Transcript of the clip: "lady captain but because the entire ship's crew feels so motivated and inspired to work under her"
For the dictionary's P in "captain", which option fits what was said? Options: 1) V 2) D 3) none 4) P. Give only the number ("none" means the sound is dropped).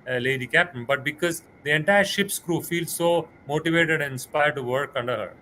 4